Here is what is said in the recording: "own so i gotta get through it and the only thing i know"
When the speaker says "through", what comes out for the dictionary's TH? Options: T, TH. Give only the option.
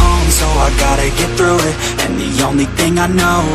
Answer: TH